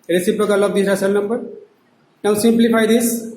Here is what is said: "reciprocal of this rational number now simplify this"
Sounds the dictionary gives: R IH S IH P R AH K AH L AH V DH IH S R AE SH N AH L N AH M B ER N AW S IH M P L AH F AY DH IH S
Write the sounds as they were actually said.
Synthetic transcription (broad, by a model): R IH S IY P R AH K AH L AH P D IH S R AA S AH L N AH M B ER N AW S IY M P L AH P AY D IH S